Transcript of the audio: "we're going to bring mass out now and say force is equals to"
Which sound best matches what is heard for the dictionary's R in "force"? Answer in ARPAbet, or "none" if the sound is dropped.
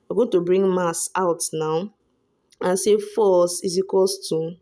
L